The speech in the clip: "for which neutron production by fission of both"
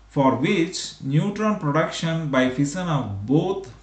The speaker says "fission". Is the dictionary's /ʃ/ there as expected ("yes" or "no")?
no